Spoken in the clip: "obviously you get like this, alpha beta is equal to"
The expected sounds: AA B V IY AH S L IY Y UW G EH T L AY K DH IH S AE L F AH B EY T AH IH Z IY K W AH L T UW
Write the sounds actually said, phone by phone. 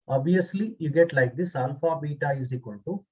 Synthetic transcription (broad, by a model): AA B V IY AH S L IY Y UW G EH T L AY K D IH S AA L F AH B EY T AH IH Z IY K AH N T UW